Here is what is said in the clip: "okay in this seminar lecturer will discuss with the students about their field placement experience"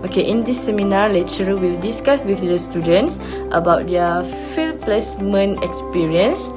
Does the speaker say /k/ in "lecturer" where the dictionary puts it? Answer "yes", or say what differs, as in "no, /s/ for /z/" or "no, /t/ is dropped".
no, /k/ is dropped